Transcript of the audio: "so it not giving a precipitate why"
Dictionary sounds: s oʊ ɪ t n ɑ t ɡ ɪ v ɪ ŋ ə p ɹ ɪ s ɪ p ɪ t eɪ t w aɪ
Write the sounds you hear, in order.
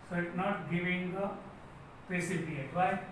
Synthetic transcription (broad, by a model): s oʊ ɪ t n ɑ t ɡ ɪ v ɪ ŋ ə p ɪ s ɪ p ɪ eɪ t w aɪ